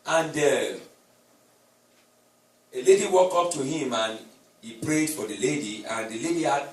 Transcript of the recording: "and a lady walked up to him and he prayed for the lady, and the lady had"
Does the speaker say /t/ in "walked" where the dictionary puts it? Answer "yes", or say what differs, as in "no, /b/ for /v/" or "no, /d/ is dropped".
no, /t/ is dropped